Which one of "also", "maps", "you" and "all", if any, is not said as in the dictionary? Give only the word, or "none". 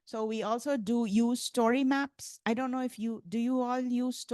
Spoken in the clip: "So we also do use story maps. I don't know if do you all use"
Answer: none